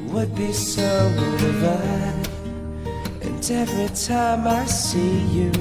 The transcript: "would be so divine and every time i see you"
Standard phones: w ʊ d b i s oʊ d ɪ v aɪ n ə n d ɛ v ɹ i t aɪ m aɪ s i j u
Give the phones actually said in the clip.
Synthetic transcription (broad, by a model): w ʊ d b i s oʊ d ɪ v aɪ ə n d ɛ v ɹ i t aɪ m aɪ s i j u